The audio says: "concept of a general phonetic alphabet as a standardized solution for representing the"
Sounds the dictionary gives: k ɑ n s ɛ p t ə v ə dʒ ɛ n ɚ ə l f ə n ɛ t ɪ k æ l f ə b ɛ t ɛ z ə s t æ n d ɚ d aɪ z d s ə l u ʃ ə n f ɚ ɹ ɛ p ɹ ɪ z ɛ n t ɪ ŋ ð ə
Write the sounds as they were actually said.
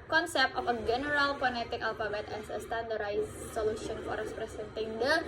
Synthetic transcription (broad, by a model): k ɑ n s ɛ p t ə f ə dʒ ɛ n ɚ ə l p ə n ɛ t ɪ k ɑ l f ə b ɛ t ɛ s ə s t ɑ n d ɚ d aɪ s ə l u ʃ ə n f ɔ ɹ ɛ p ɹ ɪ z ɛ n t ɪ ŋ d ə